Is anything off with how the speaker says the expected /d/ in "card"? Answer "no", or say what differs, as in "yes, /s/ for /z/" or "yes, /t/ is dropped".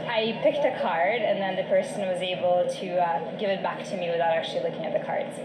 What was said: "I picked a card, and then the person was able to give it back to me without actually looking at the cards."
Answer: no